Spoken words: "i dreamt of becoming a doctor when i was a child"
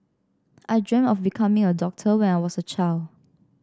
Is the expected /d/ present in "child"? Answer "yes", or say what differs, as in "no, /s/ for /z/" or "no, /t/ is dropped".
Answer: yes